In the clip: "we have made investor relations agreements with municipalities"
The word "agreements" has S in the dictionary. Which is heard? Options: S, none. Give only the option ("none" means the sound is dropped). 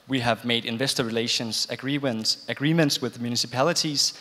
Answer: S